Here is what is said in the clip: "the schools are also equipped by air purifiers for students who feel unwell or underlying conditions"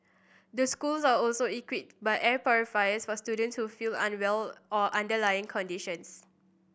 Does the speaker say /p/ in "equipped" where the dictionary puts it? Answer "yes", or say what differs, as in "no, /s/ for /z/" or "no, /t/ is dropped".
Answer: no, /p/ is dropped